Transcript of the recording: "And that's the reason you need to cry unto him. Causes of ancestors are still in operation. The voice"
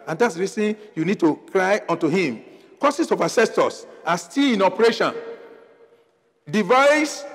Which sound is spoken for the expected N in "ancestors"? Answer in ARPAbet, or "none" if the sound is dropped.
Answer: none